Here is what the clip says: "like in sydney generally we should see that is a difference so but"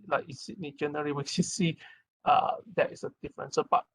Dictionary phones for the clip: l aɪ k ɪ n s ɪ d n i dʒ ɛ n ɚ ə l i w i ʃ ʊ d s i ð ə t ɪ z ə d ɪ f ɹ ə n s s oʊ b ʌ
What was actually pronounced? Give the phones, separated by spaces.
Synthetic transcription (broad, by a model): l aɪ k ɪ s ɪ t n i dʒ ɛ n ɚ ə l i w i s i s i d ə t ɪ s ə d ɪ f ɹ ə n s s oʊ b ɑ